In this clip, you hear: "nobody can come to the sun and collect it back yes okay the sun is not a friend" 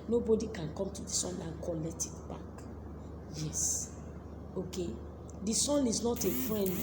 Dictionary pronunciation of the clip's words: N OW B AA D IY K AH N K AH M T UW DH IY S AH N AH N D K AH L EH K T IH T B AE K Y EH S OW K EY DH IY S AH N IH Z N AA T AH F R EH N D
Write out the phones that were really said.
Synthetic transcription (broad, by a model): N OW B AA D IY K AH N K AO M T UW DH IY S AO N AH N K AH L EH T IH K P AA K Y EH S OW K EY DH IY S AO N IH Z N AA T AH F R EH N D